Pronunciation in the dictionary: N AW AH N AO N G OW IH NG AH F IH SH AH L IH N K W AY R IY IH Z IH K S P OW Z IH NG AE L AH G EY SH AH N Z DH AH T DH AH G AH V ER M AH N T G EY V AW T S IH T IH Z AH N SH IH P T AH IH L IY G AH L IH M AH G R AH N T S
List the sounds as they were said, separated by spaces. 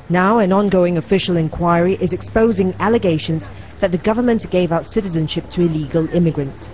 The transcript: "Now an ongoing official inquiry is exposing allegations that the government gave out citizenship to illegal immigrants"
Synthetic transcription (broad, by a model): N AW AH N AO N G OW IH NG AH F IH SH AH L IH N K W AY R IY IH Z IH K S P OW Z IH NG AE L AH G EY SH AH N Z DH AH T DH AH G AH V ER M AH N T G EY V AW T S IH T IH Z AH N SH IH P T AH IH L IY G AH L IH M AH G R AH N T S